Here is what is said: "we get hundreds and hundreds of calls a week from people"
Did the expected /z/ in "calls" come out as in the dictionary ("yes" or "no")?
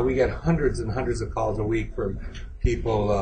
yes